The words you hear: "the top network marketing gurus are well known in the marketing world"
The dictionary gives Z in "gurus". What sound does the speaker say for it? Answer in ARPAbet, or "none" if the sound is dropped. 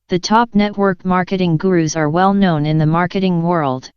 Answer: Z